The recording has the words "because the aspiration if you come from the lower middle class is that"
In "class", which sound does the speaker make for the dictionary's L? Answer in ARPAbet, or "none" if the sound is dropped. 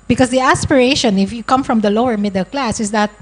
L